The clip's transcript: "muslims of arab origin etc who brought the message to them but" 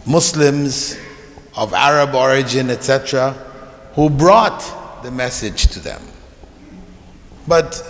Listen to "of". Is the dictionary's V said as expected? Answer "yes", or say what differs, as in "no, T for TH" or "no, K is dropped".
yes